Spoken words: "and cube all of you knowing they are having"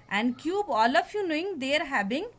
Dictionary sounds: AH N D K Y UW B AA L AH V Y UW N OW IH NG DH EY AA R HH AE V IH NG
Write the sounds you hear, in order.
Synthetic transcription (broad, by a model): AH N D K Y UW B AA L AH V Y UW N OW IH NG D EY R HH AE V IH NG